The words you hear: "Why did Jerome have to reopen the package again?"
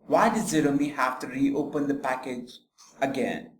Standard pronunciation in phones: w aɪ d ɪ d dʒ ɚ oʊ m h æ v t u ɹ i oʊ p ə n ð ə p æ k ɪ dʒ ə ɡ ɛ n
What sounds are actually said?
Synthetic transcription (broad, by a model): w aɪ d ɪ d z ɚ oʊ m h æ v t u ɹ i oʊ p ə n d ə p æ k ɪ dʒ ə ɡ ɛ n